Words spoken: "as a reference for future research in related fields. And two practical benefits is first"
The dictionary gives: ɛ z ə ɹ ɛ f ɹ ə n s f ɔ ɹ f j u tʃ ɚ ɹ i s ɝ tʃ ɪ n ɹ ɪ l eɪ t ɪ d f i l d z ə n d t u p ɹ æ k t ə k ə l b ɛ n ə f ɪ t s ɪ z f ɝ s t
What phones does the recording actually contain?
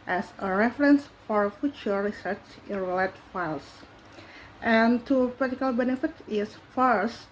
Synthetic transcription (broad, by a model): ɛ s ə ɹ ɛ f ɹ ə n s f ɔ ɹ f j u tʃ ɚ ɹ i s ɝ tʃ ɪ n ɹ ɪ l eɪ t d f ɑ l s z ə n t u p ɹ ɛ t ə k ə l b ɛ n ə f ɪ t ɪ s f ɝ s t